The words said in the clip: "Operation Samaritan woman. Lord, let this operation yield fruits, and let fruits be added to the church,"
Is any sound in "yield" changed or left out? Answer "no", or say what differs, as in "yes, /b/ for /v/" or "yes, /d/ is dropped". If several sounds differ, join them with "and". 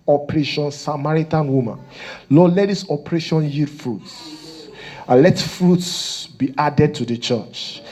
yes, /l/ is dropped